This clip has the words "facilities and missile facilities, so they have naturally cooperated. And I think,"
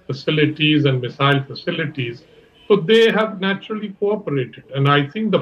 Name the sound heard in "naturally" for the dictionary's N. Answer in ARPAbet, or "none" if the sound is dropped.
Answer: N